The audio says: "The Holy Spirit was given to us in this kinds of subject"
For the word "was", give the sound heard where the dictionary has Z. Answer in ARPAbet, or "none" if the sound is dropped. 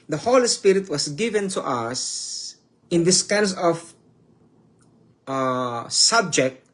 S